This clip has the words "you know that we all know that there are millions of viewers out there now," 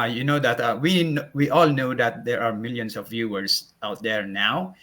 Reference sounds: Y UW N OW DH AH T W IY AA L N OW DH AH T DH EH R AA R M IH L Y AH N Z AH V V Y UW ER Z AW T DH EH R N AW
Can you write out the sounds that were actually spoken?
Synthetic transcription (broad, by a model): Y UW N OW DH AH T W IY AA L N OW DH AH T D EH R AA R M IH L Y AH N S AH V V Y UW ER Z AW T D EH R N AW